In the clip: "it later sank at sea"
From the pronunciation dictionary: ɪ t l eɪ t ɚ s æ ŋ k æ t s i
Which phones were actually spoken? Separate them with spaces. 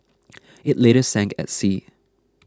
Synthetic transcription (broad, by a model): ɪ t l eɪ t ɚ s æ ŋ k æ t s i